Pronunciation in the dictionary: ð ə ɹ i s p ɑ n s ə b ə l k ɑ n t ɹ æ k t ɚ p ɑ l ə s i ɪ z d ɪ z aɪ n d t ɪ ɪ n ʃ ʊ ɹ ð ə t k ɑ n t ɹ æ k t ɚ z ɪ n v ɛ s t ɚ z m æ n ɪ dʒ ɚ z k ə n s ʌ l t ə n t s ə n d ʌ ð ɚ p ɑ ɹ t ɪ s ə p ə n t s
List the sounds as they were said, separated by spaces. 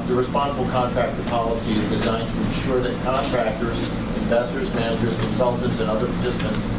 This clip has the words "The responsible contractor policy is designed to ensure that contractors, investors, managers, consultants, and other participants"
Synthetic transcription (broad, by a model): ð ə ɹ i s p ɑ n s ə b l k ɑ n t ɹ æ k t ɚ p ɑ l ə s i ɪ z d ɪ z aɪ n t ɪ ɪ n ʃ ʊ ɹ ð ə t k ɑ n t ɹ æ k t ɚ z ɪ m v ɛ s t ɚ z m æ n ɪ dʒ ɚ z k ə n s ʌ l t ə n t s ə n ʌ ð ɚ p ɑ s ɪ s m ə n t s